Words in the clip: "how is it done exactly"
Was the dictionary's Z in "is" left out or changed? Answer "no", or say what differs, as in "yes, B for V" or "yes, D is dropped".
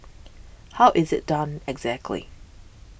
no